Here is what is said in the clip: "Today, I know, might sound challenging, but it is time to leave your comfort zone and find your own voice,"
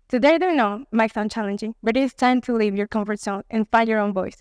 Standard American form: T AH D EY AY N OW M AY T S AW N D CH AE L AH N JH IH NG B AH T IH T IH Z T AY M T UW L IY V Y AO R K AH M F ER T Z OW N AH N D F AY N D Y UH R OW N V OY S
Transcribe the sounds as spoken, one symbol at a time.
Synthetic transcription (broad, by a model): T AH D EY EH N OW M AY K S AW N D CH AE L AH N JH IH NG B AH T IH T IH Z T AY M T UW L IY V Y AO R K AH M F ER T S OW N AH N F AY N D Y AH R OW N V OY S